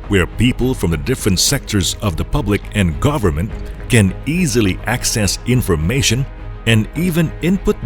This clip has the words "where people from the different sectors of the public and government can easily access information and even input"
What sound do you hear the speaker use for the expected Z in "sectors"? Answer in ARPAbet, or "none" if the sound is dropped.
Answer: Z